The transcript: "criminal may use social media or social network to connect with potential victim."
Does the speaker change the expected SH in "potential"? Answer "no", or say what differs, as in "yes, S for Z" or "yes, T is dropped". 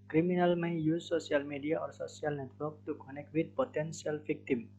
yes, S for SH